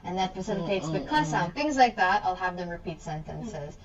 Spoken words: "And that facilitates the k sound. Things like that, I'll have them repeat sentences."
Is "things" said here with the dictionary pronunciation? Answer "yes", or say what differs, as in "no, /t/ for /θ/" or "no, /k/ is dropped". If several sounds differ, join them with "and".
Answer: yes